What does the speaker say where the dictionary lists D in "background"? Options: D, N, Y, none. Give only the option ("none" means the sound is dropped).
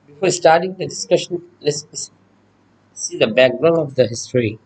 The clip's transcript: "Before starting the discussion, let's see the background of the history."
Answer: none